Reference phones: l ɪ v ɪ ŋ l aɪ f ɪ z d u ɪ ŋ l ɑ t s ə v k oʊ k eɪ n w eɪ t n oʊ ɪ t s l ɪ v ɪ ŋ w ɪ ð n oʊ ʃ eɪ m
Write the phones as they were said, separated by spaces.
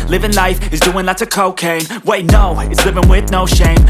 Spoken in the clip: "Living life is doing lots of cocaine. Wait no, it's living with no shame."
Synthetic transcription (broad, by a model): l ɪ v ɪ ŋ l aɪ f ɪ z d u ɪ ŋ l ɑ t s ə k oʊ k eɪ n w eɪ t n oʊ ɪ t s l ɪ v ɪ ŋ w ɪ ð n oʊ ʃ eɪ m